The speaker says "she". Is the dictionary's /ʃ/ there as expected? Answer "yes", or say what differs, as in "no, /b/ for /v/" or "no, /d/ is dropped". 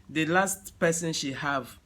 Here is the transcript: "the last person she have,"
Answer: yes